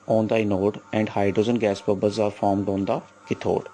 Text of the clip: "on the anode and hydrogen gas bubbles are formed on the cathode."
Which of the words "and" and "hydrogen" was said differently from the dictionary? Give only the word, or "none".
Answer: hydrogen